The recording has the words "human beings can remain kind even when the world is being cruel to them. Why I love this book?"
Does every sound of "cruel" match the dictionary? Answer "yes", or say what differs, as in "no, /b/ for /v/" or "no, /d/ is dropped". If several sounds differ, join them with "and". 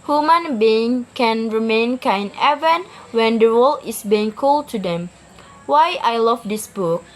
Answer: no, /ɹ/ is dropped